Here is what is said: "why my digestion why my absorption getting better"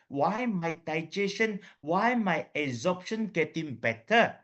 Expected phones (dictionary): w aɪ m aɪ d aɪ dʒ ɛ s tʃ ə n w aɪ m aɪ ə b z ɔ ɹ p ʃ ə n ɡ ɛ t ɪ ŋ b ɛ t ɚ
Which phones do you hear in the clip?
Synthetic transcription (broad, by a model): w aɪ m aɪ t aɪ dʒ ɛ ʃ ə n w aɪ m aɪ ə z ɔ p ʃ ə n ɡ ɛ t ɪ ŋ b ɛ t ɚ